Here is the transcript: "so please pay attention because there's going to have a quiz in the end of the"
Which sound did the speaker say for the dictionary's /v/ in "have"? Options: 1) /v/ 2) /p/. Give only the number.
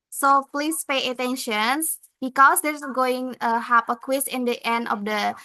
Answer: 2